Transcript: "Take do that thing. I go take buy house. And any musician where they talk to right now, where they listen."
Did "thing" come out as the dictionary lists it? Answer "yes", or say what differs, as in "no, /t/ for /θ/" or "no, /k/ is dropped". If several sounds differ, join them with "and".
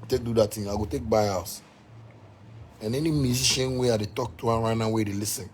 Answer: no, /t/ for /θ/